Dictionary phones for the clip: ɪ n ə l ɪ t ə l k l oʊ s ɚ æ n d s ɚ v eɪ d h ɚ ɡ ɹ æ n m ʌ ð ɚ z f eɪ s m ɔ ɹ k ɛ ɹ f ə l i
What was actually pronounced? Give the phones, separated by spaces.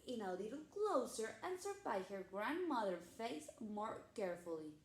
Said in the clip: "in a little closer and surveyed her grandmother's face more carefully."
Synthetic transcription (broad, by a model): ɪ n ə l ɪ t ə l k l oʊ s ɚ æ n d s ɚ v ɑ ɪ h ɚ ɡ ɹ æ n m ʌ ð ɚ f eɪ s m ɔ ɹ k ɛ ɹ f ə l i